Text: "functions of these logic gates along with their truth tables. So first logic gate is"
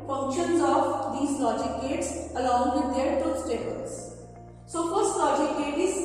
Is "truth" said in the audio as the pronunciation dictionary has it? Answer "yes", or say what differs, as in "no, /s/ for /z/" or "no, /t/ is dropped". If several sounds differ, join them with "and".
no, /s/ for /θ/